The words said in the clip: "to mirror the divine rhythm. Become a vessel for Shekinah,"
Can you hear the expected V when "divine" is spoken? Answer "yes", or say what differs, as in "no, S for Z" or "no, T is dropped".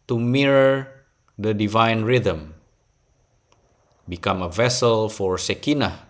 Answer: yes